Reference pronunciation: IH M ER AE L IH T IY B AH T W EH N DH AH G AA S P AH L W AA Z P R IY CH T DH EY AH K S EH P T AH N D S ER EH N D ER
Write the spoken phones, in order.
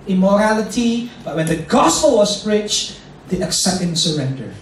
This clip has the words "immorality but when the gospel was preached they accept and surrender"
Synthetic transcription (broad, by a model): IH M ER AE L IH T IY B AH T W EH N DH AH G AA S P AH L W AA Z B R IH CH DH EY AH K S EH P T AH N S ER EH N D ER